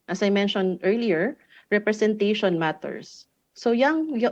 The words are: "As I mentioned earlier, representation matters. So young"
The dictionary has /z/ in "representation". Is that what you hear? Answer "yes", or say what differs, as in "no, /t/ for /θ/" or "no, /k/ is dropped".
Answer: no, /s/ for /z/